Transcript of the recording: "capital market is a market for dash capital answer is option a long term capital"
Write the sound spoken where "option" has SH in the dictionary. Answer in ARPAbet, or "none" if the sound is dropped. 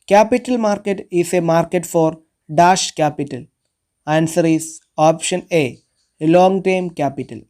SH